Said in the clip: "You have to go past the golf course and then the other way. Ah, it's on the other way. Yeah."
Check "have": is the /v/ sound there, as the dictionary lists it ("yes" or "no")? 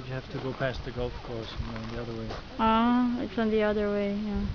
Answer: no